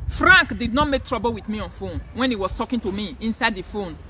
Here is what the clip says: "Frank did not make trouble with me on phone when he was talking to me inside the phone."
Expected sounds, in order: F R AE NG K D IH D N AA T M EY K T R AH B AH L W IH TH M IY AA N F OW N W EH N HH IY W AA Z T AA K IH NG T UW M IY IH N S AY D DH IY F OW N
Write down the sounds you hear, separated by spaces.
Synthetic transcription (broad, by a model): F R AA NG K D IH D N AA T M EY K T R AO B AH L W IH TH M IY AA N F OW N W EH N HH IY W AA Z T AA K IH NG T UW M IY IH N S AY D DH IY F OW N